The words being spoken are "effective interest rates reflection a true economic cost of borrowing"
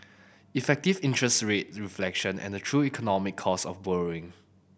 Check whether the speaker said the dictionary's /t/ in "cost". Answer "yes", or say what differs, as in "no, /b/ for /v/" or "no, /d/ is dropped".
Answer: no, /t/ is dropped